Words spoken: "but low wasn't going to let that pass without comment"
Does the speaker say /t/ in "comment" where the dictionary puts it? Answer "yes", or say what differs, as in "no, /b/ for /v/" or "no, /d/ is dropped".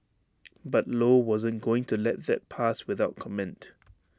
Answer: yes